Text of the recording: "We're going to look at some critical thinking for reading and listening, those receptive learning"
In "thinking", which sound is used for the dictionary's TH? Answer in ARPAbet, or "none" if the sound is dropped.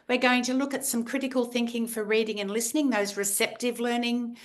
TH